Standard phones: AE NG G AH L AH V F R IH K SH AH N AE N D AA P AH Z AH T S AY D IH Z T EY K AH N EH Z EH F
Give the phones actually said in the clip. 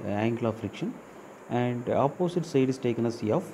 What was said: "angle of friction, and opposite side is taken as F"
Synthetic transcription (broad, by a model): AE NG G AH L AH F R IH K SH AH N AE N D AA P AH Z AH T S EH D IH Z T EY K AH N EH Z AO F